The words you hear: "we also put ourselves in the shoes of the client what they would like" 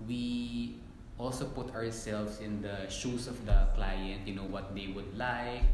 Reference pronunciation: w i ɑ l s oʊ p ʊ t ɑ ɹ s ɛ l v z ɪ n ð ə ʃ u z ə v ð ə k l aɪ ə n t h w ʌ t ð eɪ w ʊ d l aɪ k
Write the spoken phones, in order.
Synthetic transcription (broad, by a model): w i ɑ l s oʊ p ʊ t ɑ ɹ s ɛ l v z ɪ n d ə ʃ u s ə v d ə k l aɪ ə n t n w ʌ t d eɪ w ʊ d l aɪ k